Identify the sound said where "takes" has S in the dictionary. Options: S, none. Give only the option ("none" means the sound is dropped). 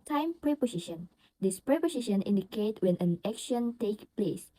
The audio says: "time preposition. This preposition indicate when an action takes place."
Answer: none